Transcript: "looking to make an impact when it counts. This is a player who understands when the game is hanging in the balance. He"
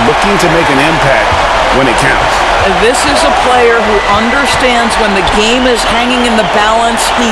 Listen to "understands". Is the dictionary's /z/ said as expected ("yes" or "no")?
yes